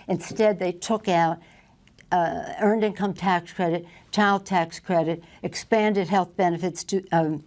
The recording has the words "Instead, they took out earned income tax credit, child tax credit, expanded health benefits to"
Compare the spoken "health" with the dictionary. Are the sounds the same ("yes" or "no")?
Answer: yes